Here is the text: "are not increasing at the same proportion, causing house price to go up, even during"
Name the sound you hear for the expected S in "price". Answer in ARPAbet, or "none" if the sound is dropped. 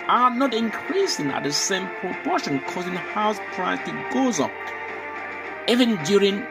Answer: none